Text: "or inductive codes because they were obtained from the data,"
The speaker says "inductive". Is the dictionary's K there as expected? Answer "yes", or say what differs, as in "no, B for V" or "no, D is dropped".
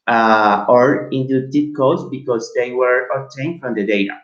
no, K is dropped